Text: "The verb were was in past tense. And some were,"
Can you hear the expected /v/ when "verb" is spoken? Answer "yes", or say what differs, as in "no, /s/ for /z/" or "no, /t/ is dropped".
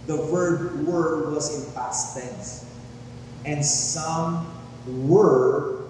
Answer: no, /w/ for /v/